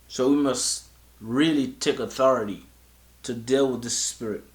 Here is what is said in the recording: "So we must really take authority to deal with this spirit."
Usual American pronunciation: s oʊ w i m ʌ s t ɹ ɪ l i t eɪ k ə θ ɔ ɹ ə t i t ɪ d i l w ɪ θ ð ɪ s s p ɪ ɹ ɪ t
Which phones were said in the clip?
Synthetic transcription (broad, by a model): s oʊ w i m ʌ s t ɹ ɪ l i t eɪ k ə θ ɔ ɹ ə t i t ɪ d i l w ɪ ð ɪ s s p ɪ ɹ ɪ t